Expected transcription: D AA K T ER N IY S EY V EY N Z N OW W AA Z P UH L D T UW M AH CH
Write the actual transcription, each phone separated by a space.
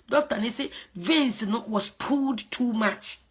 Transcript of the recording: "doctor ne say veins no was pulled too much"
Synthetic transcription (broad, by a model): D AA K T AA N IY S EY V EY N S N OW W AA S P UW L D T UW M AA CH